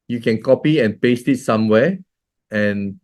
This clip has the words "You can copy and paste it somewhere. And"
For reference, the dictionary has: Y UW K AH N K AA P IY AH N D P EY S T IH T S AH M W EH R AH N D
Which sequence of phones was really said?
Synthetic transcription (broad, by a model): Y UW K AH N K AA P IY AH N P EY S T IH T S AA M W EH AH N